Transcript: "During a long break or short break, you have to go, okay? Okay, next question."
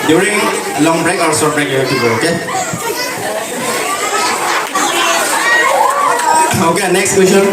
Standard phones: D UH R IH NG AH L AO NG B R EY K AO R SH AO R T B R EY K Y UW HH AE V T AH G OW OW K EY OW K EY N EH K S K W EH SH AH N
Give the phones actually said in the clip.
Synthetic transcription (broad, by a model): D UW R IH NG AH L AO NG B R EY K AO R S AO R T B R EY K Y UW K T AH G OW OW K EY OW K EY N EH K S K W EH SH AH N